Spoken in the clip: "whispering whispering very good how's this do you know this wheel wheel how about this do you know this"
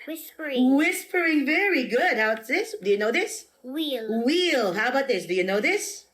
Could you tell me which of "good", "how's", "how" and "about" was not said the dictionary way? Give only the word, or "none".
how's